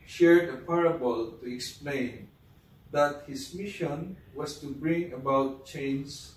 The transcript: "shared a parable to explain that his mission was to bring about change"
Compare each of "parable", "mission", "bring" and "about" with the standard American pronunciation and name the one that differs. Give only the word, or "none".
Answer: none